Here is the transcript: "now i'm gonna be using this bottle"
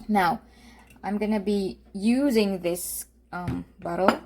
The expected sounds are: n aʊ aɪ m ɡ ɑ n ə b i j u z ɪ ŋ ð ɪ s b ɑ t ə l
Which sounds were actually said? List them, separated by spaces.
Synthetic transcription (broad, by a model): n aʊ aɪ m ɡ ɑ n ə b i j u z ɪ ŋ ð ɪ s b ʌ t l